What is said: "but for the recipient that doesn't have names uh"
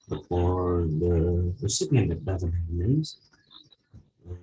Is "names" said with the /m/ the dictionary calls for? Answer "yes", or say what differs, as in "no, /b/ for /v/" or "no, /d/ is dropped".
no, /m/ is dropped